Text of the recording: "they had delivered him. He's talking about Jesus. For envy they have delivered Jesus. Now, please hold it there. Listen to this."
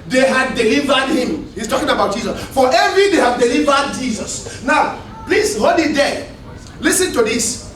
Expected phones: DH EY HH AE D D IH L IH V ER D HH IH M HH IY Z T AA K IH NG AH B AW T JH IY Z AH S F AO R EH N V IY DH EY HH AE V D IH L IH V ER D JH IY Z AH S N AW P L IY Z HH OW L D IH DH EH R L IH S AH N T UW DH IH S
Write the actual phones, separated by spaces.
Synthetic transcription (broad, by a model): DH EY HH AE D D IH L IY V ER D HH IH M HH IY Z T AA K IH NG AH B AW T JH IY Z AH S F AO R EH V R IY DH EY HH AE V D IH L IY V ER D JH IY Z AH S N AW P L IY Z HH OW D IH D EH L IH S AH N T UW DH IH S